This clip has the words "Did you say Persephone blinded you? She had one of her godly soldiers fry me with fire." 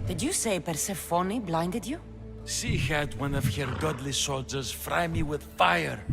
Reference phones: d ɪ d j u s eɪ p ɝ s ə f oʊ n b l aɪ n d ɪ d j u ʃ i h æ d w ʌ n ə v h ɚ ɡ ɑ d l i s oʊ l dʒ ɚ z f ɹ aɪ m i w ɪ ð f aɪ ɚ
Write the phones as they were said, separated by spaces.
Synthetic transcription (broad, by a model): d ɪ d j u s eɪ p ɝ s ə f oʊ n b l aɪ n d ɪ d j u s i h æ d w ʌ n ə v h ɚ ɡ ɑ d l i s oʊ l dʒ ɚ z f ɹ aɪ m i w ɪ ð f aɪ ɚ